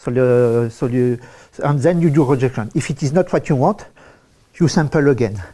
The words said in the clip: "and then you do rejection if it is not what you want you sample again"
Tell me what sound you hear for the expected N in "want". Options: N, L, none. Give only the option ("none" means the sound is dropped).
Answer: none